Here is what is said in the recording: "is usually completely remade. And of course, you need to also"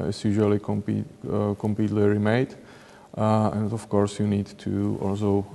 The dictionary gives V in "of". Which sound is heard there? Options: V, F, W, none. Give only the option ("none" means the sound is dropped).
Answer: F